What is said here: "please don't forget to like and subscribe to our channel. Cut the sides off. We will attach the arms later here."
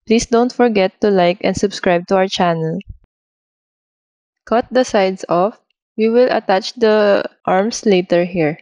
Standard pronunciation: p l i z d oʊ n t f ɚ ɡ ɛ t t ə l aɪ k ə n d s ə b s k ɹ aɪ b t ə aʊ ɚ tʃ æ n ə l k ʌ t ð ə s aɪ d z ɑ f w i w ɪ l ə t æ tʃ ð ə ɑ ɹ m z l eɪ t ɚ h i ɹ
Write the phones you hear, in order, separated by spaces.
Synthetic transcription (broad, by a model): p l i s d oʊ n t f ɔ ɡ ɛ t t ə l aɪ k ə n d s ə b s k ɹ aɪ b t ə aʊ ɚ tʃ æ n ə l k ʌ t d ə s aɪ d s ɑ f w i w ɪ l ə t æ tʃ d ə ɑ ɹ m s l eɪ t ɚ h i ɹ